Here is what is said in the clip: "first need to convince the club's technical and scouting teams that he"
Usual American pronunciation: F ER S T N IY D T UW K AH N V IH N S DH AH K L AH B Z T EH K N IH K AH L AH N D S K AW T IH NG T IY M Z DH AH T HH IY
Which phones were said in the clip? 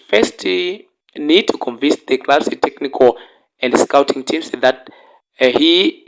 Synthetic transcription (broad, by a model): F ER S T N IY D T UW K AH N V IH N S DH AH K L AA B S T EH K N IH K AH L AH N D S K AW T IH NG T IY M S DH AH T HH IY